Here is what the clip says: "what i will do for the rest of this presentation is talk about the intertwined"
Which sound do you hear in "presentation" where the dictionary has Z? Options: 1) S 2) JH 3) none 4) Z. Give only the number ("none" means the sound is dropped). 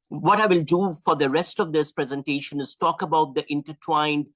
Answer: 4